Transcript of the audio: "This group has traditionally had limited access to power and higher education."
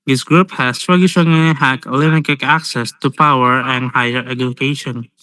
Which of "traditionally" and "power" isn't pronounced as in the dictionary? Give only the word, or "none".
traditionally